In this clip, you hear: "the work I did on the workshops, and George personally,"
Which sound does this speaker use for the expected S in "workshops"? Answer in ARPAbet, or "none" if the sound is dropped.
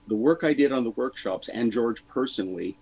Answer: S